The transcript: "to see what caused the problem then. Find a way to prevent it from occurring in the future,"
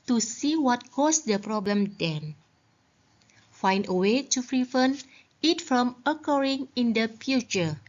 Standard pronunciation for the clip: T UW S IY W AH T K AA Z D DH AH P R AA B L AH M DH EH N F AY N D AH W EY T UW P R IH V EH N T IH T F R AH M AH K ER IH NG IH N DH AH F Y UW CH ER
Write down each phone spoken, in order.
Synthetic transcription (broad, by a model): T UW S IY W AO T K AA S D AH P R AA B L AH M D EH N F AY N D AH W EY T UW F R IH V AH N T IH T F R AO M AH K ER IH NG IH N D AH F Y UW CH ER